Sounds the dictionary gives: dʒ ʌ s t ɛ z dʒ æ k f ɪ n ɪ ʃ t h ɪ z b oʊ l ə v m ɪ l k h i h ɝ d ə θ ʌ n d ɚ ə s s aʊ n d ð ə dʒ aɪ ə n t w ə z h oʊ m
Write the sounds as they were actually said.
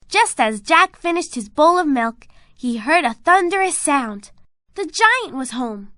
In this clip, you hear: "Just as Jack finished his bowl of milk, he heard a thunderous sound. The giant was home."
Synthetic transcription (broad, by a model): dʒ ʌ s t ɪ z dʒ æ k f ɪ n ɪ ʃ t h ɪ z b oʊ l ə v m ɪ l k h i h ɝ d ə θ ʌ n d ɚ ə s s aʊ n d ð ə dʒ aɪ ə n t w ə z h oʊ m